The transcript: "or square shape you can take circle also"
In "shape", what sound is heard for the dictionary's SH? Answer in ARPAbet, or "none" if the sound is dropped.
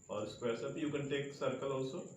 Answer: S